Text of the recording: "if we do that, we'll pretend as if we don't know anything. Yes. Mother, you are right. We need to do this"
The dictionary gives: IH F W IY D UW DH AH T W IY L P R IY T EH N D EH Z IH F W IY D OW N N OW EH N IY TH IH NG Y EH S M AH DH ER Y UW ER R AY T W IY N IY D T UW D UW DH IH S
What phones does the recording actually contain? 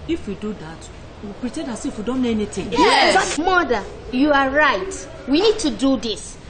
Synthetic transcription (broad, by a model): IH F W IY D UW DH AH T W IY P R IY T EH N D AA S IH F W IY D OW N N OW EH N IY T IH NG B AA M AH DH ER Y UW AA R AY T W IY N IY D T UW D UW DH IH S